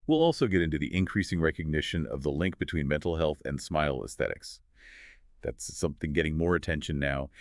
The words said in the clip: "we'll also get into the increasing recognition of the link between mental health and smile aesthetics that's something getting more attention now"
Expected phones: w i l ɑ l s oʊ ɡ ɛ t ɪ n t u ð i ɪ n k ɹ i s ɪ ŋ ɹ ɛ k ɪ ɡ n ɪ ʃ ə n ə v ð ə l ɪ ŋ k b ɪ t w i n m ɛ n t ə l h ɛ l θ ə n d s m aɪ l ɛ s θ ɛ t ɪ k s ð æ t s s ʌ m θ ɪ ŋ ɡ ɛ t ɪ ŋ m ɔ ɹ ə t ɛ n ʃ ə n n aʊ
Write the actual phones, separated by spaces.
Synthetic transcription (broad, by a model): w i l ɑ l s oʊ ɡ ɛ t ɪ n t u ð i ɪ n k ɹ i s ɪ ŋ ɹ ɛ k ɪ ɡ n ɪ ʃ ə n ə v ð ə l ɪ ŋ k b ɪ t w i n m ɛ n t l h ɛ l θ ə n s m aɪ l ɛ s θ ɛ t ɪ k s ð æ t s s ʌ m θ ɪ ŋ ɡ ɛ t ɪ ŋ m ɔ ɹ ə t ɛ n ʃ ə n n aʊ